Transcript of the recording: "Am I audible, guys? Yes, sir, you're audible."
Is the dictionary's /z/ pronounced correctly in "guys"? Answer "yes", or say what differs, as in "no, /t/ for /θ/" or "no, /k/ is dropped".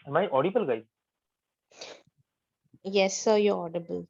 no, /z/ is dropped